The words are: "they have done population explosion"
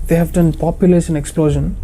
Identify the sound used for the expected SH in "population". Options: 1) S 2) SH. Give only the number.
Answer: 1